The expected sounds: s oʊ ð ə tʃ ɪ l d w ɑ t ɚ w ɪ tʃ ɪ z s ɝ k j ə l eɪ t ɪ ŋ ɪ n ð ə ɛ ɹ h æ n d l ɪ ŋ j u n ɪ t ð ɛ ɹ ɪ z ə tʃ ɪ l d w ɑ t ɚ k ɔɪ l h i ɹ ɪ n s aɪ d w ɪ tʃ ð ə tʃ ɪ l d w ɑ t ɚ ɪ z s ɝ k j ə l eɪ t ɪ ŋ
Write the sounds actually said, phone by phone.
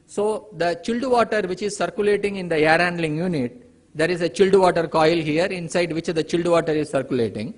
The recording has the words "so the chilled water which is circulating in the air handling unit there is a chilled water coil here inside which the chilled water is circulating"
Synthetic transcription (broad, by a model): s oʊ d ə tʃ ɪ l d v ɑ t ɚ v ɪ tʃ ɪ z s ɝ k j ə l eɪ t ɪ ŋ ɪ n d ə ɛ ɹ h æ n d l ɪ ŋ j u n ɪ t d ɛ ɹ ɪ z ə tʃ ɪ l d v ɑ t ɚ k ɔɪ l h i ɹ ɪ n s aɪ d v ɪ tʃ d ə tʃ ɪ l d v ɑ t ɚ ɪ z s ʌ k j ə l eɪ t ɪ ŋ